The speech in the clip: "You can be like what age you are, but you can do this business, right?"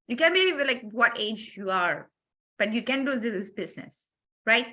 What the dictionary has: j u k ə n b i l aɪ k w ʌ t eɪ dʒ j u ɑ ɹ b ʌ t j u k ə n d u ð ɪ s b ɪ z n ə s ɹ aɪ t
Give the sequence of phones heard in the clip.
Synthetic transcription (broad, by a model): j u k ə n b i l aɪ k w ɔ t eɪ dʒ j u ɑ ɹ b ʌ t j u k ə n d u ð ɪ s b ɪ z n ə s ɹ aɪ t